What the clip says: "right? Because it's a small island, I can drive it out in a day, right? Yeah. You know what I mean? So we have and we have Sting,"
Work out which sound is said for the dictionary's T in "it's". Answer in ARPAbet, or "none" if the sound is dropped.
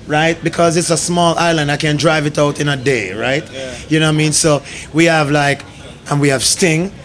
T